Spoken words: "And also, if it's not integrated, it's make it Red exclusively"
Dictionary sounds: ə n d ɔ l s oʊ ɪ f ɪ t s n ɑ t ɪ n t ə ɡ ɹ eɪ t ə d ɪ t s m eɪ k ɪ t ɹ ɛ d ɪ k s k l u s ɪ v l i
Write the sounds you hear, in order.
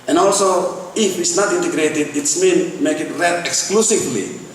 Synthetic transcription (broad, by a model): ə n ɔ l s oʊ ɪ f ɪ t s n ɑ t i n t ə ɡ ɹ eɪ t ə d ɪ t s m eɪ k ɪ t ɹ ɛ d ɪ k s k l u s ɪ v l i